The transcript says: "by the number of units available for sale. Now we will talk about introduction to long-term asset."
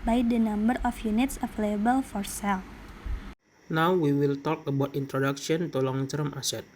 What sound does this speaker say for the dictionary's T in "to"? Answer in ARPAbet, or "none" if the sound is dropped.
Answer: T